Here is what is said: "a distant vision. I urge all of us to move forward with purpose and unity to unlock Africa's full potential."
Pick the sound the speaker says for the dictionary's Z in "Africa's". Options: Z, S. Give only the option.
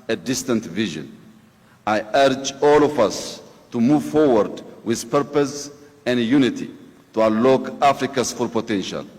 S